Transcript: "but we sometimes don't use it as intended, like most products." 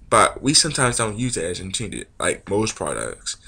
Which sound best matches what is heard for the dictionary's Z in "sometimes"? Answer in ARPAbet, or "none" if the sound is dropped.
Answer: Z